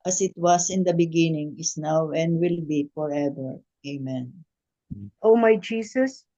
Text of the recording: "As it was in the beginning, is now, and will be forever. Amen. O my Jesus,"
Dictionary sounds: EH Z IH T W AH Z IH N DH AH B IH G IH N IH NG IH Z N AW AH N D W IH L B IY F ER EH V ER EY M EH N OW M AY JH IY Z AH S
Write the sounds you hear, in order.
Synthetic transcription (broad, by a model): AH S IH T W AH S IH N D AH B IH G IH N IH NG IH S N AW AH N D W IH L B IY F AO EH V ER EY M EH N OW M AY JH IY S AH S